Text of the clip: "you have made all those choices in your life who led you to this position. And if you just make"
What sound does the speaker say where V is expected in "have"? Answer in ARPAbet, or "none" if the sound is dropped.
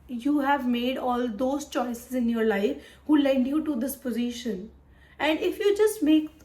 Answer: V